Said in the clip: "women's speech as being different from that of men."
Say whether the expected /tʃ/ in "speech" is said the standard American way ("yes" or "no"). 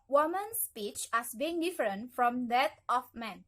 yes